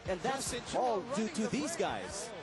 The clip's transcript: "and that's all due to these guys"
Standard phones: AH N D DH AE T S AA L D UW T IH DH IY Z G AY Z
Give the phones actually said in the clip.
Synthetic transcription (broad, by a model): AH N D DH AE T S AA L D UW T IH DH IY Z G AY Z